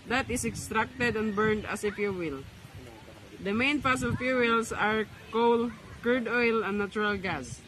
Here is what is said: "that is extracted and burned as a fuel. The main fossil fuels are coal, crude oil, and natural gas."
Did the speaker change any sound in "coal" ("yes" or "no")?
no